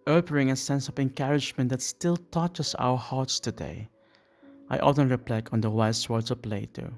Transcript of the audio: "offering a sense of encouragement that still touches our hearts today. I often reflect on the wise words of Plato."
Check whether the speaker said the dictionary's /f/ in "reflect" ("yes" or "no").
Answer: no